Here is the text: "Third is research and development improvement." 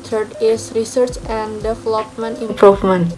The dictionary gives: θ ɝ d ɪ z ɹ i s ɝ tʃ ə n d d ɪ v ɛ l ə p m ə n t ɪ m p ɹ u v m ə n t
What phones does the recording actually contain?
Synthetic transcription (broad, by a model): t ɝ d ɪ s ɹ i s ɝ tʃ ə n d d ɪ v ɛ l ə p m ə n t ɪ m p ɹ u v m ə n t